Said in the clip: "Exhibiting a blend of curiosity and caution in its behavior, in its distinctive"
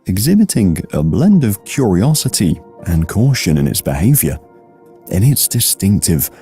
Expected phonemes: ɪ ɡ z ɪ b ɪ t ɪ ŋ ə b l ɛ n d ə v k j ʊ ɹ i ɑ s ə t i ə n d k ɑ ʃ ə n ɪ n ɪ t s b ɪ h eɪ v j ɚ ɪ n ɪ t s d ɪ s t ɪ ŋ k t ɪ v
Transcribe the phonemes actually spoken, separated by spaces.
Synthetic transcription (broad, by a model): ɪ ɡ z ɪ b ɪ t ɪ ŋ ə b l ɛ n d ə v k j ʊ ɹ i ɑ s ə t i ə n k ɑ ʃ ə n ɪ n ɪ t s b ɪ h eɪ v j ɚ ɪ n ɪ t s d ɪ s t ɪ ŋ k t ɪ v